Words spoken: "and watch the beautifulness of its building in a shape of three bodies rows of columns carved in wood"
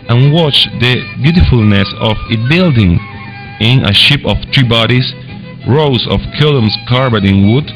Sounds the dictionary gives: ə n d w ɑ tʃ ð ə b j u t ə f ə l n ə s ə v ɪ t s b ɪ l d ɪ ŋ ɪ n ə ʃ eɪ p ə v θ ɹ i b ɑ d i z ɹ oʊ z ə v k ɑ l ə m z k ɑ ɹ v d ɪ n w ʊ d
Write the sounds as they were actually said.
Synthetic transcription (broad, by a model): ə n w ɑ tʃ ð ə b j u t ə f ə l n ə s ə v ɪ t b ɪ l d ɪ ŋ ɪ n ə ʃ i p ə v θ ɹ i b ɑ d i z ɹ oʊ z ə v k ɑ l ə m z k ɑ ɹ b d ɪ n w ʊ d